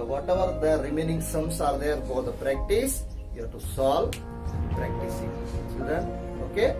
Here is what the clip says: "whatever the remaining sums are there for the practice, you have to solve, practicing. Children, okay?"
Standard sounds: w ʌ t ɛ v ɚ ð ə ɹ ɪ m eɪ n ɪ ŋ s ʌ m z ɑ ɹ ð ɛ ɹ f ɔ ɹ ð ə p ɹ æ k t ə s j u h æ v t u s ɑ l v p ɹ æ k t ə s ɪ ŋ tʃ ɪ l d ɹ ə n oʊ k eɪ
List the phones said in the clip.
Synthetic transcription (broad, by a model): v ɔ t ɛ v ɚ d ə ɹ ɪ m eɪ n ɪ ŋ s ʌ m s ɑ ɹ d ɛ ɹ f ɔ ɹ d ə p ɹ æ k t ə s j u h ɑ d t u s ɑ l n p ɹ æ k t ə s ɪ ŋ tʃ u d ə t oʊ k eɪ